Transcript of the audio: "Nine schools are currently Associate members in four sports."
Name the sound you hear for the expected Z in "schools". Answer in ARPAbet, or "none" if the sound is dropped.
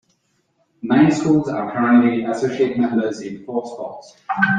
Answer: Z